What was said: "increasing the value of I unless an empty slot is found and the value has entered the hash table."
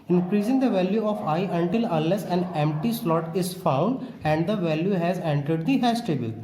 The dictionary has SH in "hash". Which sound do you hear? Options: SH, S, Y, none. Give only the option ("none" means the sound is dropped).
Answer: S